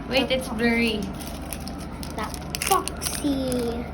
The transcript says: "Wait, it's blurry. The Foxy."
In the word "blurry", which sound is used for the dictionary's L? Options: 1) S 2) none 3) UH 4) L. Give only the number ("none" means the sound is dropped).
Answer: 2